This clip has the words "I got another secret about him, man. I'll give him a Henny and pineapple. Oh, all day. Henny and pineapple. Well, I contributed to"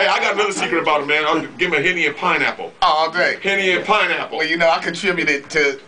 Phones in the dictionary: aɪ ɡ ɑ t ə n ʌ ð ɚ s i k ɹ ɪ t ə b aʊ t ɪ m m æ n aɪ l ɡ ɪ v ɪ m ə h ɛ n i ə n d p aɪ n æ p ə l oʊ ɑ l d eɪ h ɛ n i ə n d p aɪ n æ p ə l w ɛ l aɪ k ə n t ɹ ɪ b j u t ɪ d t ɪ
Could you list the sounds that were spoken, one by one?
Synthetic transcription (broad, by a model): aɪ ɡ ɑ t ə n ʌ ð ɚ s i k ɹ ɪ t ə b aʊ t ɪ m m æ n aɪ l ɡ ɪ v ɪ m ə h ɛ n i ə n p aɪ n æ p l oʊ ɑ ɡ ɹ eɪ h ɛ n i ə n p aɪ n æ p l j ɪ n aɪ k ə n t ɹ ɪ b j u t ɪ t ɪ